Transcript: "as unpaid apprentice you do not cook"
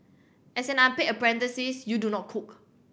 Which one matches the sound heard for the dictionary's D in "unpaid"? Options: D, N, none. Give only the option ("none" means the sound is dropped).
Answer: none